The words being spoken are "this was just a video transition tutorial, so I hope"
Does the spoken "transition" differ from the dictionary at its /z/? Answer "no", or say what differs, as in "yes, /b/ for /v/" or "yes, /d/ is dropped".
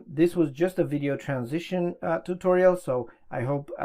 no